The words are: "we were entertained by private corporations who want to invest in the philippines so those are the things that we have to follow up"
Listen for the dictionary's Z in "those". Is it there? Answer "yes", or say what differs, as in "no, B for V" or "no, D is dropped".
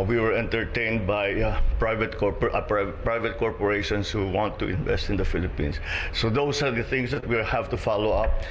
no, S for Z